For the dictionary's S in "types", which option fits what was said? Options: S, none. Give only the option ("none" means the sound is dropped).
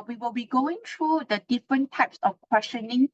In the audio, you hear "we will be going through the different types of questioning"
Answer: S